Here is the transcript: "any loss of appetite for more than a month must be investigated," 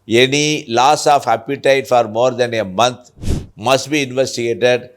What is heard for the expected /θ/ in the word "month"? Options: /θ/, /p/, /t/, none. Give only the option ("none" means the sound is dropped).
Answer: /t/